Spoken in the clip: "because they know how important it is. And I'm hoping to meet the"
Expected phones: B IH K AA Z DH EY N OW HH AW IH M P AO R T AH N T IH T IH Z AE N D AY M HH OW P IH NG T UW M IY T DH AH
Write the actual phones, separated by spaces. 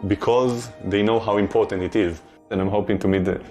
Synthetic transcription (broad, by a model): B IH K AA Z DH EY N OW HH AW IH M P AO R T AH N T IH T IH Z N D AY M HH OW P IH NG T UW M IY T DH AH